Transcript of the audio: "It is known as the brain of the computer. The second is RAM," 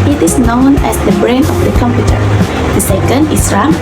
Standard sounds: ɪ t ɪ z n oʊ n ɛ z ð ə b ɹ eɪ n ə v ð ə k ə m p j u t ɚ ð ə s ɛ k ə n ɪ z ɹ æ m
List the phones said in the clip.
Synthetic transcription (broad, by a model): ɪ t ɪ s n oʊ n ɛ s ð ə b ɹ eɪ n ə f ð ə k ə m p j u t ɚ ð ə s ɛ k ə n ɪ s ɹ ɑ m